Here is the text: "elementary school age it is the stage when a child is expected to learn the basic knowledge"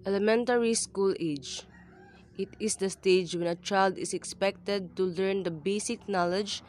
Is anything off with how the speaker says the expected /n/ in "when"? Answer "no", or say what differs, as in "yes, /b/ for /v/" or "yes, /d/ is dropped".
no